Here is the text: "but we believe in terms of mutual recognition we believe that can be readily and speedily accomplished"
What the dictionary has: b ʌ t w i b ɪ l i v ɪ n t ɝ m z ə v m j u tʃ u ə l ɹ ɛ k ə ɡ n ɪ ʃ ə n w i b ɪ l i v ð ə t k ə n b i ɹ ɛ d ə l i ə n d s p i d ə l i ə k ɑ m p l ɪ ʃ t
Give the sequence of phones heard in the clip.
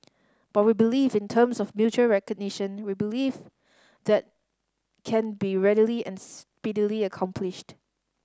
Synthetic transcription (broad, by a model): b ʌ t w i b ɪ l i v ɪ n t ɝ m s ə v m j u tʃ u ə ɹ ɛ k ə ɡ n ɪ ʃ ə n w i b ɪ l i v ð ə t k ə n b i ɹ ɛ d ə l i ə n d s p i d ə l i ə k ɑ m p l ɪ ʃ t